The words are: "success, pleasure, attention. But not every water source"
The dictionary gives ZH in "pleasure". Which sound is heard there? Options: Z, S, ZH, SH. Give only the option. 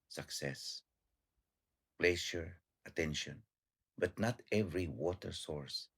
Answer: SH